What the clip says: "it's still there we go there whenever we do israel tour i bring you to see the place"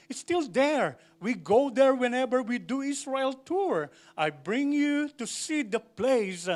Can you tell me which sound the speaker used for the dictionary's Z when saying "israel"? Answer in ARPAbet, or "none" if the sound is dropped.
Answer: S